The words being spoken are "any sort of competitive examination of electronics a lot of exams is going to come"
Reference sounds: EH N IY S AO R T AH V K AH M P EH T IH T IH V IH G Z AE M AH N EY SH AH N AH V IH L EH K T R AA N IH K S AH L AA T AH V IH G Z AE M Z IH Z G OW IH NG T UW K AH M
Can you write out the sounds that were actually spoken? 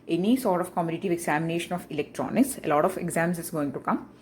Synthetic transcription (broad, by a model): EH N IY S AO R T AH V K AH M AO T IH T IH V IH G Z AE M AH N EY SH AH N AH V IH L EH K T R AA N IH K S AH L AA T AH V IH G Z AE M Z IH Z G OW IH NG T UW K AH M